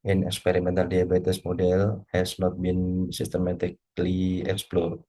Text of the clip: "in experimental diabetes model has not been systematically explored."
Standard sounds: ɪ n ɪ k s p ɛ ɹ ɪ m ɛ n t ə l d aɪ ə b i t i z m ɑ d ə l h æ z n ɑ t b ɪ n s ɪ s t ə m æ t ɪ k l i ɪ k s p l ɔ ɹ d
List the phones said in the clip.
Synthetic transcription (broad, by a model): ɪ n ɪ k s p ɛ ɹ ɪ m ɛ n t ə l d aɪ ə b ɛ t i s m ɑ d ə l h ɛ s n ɑ t b ɪ n s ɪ s t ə m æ t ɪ k l i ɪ k s p l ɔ ɹ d